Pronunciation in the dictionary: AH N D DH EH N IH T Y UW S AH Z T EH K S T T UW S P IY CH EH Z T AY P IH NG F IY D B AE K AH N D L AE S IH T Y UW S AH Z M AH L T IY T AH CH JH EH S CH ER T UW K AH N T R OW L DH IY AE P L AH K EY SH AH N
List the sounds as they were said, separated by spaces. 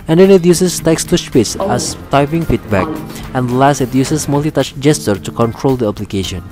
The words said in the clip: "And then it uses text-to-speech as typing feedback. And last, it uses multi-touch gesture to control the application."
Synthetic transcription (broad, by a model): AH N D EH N IH T Y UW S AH S T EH K S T T UW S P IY S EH S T AY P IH NG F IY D B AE K AH N D L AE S IH T Y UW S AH S M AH L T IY T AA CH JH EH S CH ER T UW K AH N T R OW L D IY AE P L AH K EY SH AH N